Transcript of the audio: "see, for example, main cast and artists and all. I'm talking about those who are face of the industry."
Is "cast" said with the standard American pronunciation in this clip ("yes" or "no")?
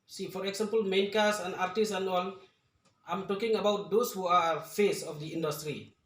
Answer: no